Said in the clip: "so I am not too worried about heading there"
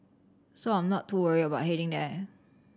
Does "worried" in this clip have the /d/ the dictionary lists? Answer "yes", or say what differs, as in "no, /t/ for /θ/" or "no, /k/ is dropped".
no, /d/ is dropped